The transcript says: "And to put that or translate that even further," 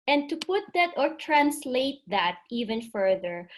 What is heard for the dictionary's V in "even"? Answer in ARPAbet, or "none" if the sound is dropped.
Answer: V